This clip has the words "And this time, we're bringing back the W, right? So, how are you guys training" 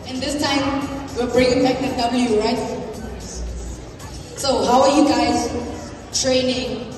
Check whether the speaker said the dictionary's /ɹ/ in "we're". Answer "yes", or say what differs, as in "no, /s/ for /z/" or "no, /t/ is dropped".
no, /l/ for /ɹ/